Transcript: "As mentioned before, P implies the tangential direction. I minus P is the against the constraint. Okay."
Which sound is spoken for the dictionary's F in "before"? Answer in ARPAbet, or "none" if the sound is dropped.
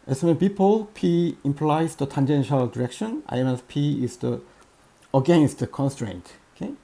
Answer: P